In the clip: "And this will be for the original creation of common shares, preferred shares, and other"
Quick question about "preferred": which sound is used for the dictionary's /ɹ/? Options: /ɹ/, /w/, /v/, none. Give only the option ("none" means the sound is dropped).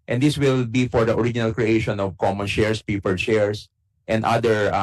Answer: none